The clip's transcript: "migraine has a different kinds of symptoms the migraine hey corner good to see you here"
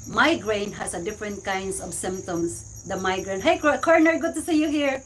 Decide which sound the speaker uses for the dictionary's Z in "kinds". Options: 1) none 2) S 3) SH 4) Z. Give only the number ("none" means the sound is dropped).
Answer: 2